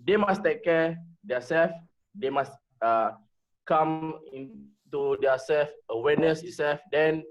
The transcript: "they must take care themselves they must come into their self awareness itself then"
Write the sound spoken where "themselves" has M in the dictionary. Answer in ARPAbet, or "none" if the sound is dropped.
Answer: none